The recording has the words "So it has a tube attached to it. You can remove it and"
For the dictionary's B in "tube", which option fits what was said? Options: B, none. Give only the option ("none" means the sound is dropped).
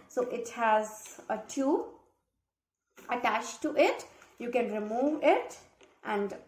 none